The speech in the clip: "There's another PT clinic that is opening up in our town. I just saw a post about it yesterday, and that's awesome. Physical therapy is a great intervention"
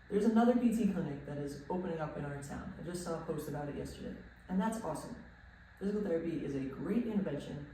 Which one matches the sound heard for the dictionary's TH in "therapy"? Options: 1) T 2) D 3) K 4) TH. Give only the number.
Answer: 4